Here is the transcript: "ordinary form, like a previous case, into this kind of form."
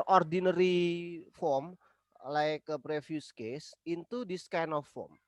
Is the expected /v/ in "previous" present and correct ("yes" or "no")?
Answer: no